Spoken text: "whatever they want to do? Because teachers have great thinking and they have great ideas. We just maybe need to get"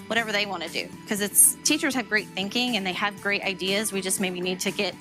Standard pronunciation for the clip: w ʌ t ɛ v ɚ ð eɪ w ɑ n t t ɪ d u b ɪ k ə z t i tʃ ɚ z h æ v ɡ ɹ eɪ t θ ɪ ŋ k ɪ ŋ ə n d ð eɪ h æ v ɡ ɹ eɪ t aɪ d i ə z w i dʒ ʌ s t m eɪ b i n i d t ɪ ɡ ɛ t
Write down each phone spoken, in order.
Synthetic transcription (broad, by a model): w ʌ t ɛ v ɚ ð eɪ w ɑ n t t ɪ d u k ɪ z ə s t i tʃ ɚ z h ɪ v ɡ ɹ eɪ t θ ɪ ŋ k ɪ ŋ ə n ð eɪ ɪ v ɡ ɹ eɪ t aɪ d i ə z w i dʒ ʌ s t m eɪ b i n i d t ɪ ɡ ɛ t